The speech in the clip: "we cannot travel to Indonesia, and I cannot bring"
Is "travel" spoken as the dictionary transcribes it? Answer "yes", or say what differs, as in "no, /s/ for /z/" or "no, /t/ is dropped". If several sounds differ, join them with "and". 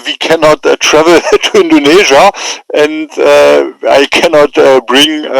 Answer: yes